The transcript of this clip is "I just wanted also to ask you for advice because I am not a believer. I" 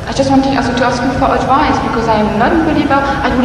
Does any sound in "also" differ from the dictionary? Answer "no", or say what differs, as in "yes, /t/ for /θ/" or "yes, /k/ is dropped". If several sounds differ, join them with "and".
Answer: yes, /l/ is dropped